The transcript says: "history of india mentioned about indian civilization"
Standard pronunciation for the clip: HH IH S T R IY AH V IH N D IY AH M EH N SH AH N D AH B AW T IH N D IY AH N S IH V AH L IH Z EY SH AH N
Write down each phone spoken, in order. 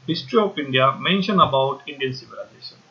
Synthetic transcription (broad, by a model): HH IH S T R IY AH P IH N D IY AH M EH N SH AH N AH B AW T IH N D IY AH N S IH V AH L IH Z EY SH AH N